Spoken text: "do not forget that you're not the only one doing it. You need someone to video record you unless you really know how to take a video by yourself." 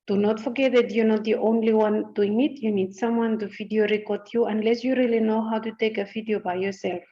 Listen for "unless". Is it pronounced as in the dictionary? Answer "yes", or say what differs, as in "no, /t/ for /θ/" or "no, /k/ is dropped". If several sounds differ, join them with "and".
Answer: yes